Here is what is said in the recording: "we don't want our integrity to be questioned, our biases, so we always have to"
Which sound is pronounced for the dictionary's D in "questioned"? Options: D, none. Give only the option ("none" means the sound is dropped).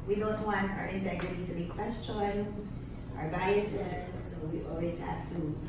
none